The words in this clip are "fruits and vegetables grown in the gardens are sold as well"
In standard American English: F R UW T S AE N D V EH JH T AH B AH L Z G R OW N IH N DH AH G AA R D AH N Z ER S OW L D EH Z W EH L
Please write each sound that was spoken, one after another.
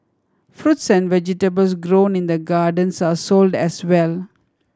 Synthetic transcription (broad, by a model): F R UW T S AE N D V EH JH T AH B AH L S G R OW N IH N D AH G AA R D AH N S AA S OW L D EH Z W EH L